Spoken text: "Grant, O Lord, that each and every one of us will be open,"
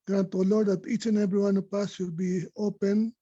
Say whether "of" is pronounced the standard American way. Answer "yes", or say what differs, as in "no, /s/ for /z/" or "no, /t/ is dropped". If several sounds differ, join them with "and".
no, /p/ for /v/